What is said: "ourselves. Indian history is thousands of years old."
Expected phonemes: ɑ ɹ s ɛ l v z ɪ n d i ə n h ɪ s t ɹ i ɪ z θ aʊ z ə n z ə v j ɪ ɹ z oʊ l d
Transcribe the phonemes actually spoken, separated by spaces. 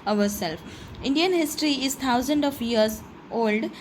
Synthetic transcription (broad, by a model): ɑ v s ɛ l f ɪ n d i ə n h ɪ s t ɹ i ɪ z t aʊ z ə n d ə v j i ɹ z oʊ l d